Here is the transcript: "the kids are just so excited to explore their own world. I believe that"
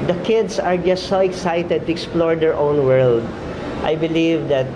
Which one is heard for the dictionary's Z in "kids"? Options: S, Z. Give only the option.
S